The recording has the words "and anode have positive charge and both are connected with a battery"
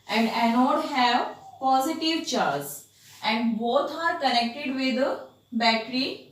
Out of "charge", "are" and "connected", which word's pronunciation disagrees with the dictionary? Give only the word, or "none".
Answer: charge